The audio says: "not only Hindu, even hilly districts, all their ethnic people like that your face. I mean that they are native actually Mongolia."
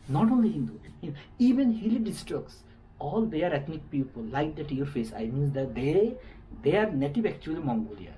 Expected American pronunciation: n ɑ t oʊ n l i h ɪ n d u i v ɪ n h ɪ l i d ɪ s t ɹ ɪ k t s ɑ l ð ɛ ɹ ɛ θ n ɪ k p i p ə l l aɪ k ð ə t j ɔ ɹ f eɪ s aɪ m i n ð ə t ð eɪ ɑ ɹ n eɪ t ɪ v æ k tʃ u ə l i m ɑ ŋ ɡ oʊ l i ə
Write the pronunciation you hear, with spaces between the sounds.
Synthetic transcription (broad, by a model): n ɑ t oʊ n l i h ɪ n d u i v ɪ n h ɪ l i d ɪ s t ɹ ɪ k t s ɑ l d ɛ ɹ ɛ t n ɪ k p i p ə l l aɪ k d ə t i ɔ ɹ f eɪ s aɪ m i n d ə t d eɪ ɑ ɹ n eɪ t ɪ v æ k tʃ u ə l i m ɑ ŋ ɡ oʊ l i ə